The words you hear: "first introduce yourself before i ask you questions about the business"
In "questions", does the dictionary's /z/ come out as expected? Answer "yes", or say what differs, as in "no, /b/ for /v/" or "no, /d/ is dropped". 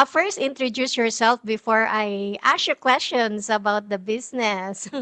no, /s/ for /z/